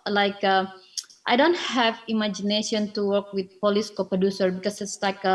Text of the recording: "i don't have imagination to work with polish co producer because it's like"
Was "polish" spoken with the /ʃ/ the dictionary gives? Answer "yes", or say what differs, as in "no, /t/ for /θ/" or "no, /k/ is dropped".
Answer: no, /s/ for /ʃ/